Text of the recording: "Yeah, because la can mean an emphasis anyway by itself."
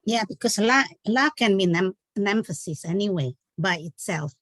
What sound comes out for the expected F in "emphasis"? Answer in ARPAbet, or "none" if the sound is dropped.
F